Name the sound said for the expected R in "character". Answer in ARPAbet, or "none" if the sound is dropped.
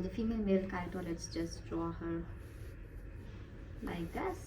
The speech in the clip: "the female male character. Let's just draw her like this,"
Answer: none